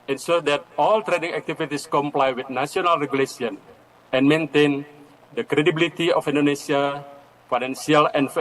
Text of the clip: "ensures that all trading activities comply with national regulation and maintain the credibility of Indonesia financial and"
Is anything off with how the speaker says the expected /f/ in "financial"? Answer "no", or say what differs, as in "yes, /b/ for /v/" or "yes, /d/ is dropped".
yes, /p/ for /f/